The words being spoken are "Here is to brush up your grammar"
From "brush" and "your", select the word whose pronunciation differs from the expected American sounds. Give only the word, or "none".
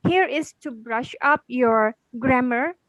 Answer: none